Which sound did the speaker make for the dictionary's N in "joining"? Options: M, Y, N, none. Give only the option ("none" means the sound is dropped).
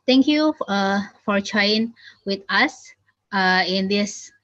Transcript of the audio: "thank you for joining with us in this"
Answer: none